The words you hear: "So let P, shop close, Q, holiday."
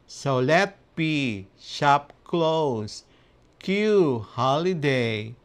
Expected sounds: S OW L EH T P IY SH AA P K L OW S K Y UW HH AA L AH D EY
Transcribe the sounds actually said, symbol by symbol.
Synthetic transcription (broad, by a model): S OW L EH T B IY SH AA P K L OW S K Y UW HH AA L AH D EY